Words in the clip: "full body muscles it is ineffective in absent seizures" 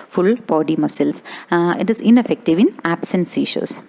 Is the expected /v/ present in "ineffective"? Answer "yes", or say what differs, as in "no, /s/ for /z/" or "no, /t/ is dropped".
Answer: yes